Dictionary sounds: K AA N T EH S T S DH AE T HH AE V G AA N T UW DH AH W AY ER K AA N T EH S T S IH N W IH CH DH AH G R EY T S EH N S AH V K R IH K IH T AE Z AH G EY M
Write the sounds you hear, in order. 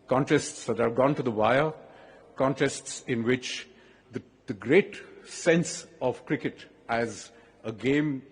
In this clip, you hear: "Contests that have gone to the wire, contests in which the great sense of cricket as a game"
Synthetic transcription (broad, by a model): K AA N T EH S T S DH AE T HH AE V G AA N T UW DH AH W AY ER K AA N T EH S T S IH N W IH CH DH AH G R EY T S EH N S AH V K R IH K IH T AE Z AH G EY M